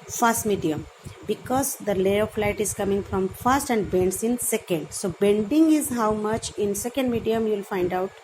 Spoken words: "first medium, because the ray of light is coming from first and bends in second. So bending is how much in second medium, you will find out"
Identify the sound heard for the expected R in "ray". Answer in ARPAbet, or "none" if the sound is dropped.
L